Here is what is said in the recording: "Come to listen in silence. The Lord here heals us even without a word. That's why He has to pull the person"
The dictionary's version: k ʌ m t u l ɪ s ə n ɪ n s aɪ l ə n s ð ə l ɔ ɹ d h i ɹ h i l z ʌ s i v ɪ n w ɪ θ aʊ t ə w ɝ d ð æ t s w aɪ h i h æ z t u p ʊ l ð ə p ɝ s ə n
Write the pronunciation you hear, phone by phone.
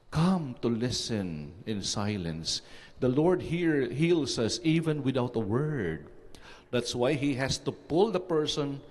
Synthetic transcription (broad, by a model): k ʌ m t u l ɪ s ə n ɪ n s aɪ l ə n s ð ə l ɔ ɹ d h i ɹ h i l s ʌ s i v ɪ n w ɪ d aʊ t ə w ɝ d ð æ t s w aɪ h i h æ s t u p ʊ l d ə p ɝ s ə n